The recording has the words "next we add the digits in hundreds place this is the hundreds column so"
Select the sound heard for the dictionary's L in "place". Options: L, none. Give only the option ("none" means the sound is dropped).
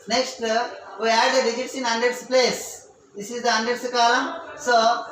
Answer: L